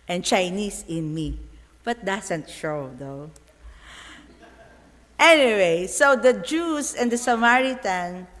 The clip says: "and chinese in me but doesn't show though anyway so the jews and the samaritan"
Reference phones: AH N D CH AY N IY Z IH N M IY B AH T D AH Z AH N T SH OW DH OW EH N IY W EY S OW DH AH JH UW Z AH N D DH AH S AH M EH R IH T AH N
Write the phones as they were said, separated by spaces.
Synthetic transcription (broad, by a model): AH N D CH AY N IY S IH N M IY B AH T D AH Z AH N T SH OW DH OW EH N IY W EY S OW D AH JH UW S AH N D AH S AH M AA R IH T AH N